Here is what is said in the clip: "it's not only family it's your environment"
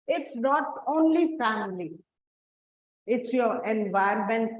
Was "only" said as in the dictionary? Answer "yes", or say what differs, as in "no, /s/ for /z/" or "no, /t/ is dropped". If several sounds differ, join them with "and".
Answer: yes